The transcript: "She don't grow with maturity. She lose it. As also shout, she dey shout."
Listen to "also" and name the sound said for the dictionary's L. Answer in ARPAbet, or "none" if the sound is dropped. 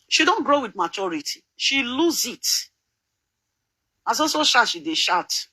none